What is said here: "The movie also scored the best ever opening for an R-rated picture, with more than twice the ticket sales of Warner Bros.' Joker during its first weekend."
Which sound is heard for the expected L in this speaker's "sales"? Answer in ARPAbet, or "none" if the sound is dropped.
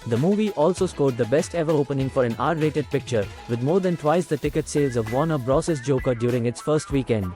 L